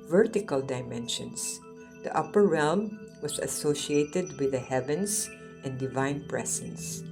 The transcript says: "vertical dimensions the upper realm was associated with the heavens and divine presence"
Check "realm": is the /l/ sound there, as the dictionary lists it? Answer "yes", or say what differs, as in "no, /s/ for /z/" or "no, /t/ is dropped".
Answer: yes